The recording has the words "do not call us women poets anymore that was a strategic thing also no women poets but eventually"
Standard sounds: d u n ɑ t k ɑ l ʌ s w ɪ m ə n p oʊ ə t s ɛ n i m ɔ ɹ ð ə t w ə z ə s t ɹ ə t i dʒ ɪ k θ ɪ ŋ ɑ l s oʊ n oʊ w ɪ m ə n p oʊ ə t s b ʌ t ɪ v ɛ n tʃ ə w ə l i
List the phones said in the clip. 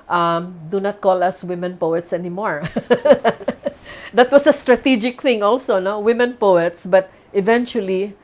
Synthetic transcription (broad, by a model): d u n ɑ t k ɑ l ʌ s w ɪ m ə n p oʊ ə t s ɛ n i m ɔ ɹ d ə t w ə s ə s t ɹ ə t i dʒ ɪ k θ ɪ ŋ ɑ l s oʊ n oʊ w ɪ m ə n p oʊ ə t s b ʌ t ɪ v ɛ n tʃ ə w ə l i